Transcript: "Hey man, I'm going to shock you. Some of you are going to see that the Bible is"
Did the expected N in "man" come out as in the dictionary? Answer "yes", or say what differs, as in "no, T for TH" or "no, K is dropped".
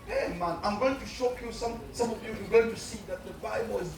yes